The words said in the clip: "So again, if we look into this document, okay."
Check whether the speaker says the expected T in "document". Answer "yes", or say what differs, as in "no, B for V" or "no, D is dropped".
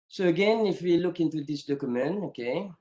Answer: no, T is dropped